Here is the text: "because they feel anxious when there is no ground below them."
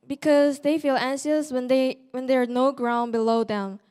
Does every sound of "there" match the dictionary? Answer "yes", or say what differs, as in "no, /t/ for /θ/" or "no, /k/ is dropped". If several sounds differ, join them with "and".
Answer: no, /w/ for /ɹ/